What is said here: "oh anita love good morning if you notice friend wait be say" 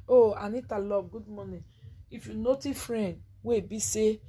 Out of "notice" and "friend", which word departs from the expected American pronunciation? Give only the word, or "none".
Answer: notice